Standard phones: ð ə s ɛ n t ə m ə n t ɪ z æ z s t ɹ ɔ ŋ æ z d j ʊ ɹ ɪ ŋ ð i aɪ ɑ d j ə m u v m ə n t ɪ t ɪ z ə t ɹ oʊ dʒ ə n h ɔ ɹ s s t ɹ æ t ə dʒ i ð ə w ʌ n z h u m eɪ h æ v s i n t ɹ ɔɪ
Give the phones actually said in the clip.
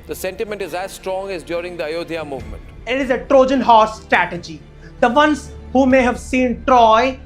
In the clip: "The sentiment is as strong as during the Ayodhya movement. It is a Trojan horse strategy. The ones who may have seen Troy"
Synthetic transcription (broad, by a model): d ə s ɛ n t ə m ə n t ɪ z æ z s t ɹ ɔ ŋ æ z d j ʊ ɹ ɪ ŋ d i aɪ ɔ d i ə m u v m ə n t ɪ t ɪ z ə t ɹ oʊ dʒ ə n h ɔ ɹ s s t ɹ æ t ə dʒ i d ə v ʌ n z h u m eɪ h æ v s i n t ɹ ɔɪ